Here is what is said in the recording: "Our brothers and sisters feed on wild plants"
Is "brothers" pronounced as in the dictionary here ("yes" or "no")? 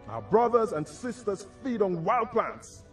yes